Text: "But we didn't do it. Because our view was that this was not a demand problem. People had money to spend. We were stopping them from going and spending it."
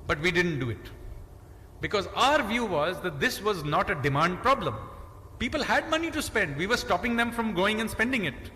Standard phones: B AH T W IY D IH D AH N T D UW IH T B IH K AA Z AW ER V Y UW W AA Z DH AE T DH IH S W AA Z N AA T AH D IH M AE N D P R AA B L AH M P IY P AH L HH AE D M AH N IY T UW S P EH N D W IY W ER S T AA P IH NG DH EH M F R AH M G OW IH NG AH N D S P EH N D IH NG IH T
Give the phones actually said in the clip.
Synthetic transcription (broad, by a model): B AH T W IY D IH D AH N T D UW IH T B IH K AA Z AW ER V Y UW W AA Z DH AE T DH IH S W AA Z N AA T AH D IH M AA N D P R AA B L AH M P IY P AH L HH AE D M AH N IY T UW S P EH N D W IY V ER S T AA P IH NG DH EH M F R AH M G OW IH NG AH N S P EH N D IH NG IH T